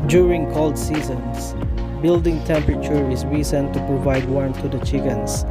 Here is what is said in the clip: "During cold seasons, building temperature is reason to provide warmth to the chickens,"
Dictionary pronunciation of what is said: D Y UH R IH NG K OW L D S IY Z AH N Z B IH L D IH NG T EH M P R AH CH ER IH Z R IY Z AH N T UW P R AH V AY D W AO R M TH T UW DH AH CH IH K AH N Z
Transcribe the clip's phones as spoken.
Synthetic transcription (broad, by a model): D Y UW R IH NG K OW L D S IY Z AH N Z B IH L D IH NG T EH M P R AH CH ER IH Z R IY S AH N T UW P R AH V AY D W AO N T UW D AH CH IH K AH N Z